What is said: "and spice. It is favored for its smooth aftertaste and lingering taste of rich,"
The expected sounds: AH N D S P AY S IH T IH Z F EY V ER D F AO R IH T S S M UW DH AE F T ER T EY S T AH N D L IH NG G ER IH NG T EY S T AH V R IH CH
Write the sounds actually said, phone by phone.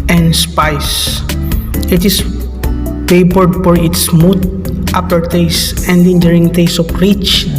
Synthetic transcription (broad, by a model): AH N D S P AY S IH T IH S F EY P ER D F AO R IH T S S M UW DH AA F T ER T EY S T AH N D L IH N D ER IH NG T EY S AH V R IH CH